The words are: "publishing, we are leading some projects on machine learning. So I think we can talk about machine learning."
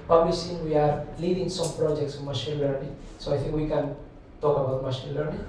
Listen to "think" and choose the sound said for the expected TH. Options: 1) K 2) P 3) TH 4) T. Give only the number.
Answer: 4